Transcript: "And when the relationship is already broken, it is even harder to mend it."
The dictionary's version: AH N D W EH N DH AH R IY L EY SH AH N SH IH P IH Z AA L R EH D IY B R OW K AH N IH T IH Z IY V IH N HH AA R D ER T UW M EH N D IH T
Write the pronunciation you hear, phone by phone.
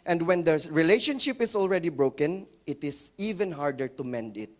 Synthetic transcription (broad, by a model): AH N D W EH N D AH R IY L EY SH AH N SH IH P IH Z AA L R EH D IY B R OW K AH N IH T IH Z IY V IH N HH AA R D ER T UW M EH N D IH T